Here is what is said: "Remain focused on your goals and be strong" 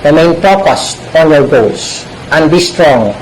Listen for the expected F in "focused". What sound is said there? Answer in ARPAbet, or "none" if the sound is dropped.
P